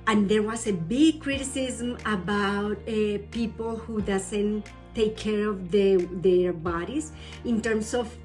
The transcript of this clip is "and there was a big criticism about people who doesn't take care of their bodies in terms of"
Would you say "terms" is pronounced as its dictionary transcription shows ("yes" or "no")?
no